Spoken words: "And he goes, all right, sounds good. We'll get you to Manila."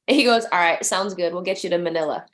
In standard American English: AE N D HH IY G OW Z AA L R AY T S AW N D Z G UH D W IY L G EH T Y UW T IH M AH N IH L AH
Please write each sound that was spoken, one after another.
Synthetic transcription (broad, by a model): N HH IY G OW Z AA L R AY T S AW N D Z G UH D W IY L G EH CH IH T IH M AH N IH L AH